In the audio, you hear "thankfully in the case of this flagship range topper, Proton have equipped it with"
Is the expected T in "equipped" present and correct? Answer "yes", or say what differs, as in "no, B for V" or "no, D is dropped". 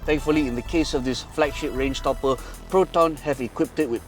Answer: yes